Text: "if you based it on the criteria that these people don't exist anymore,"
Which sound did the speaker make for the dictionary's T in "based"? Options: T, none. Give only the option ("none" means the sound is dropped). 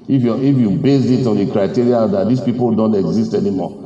none